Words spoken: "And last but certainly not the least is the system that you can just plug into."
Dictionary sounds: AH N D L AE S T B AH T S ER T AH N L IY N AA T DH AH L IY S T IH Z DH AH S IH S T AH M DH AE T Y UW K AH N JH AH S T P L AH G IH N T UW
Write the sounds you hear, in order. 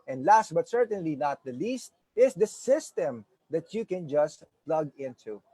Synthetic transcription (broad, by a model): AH N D L AE S T B AH T S ER T AH N L IY N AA T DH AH L IY S T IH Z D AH S IH S T AH M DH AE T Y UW K AH N JH AH S T P L AH G IH N T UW